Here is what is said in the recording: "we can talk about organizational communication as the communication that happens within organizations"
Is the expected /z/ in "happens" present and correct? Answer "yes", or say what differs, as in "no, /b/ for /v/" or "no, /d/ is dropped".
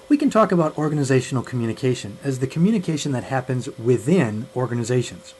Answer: yes